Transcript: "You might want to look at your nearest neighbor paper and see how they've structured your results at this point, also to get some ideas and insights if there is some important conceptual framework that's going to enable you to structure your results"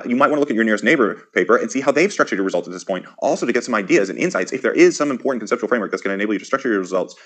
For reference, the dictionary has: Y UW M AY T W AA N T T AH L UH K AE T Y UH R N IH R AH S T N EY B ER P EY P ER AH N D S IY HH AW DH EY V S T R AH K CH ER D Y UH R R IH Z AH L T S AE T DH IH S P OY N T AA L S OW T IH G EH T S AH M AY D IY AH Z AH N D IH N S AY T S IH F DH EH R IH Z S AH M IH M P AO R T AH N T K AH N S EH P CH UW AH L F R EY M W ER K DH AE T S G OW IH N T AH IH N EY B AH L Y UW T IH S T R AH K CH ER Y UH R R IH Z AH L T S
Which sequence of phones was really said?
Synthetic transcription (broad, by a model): Y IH M AY T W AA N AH L UH K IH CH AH R N IH R AH S T N EY B ER P EY P ER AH N S IY HH AW DH EY V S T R AH K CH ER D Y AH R R IH Z AH L T S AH T DH IH S P OY N T AA L S OW T IH G EH T S AH M AY D IY AH Z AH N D IH N S AY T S IH F DH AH R IH Z S AH M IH M P AO R T N K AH N S EH P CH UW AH L F R EY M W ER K DH AE T S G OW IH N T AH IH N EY AH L Y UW T IH S T R AH K CH ER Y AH R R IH Z AH L T S